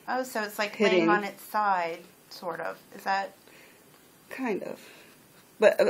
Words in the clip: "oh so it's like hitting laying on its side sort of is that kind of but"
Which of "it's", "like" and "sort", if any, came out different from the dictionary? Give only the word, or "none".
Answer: none